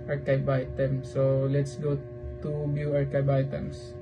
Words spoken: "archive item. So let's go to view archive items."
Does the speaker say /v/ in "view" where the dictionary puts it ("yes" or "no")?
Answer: no